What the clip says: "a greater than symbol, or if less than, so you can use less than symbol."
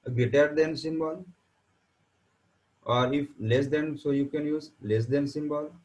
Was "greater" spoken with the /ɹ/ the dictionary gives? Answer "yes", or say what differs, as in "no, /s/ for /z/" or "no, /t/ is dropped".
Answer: no, /ɹ/ is dropped